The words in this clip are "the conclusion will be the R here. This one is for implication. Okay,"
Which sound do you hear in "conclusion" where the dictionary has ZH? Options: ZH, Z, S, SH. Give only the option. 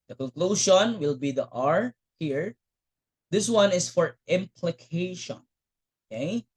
SH